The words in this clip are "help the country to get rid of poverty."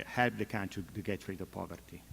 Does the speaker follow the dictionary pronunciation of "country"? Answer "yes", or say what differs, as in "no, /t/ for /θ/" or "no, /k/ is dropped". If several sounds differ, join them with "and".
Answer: no, /ɹ/ is dropped